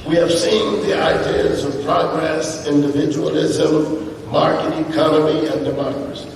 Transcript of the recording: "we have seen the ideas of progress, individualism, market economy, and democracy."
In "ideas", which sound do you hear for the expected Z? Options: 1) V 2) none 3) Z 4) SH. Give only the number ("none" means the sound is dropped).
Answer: 3